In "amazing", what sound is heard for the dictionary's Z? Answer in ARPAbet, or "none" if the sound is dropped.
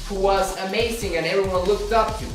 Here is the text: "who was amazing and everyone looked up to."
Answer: Z